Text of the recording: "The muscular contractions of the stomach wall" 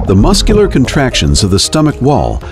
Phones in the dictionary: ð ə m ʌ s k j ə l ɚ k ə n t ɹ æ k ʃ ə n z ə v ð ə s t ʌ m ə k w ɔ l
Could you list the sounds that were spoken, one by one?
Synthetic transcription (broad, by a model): ð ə m ʌ s k j l ɚ k ə n t ɹ æ k ʃ ə n z ə v ð ə s t ʌ m ə k w ɔ l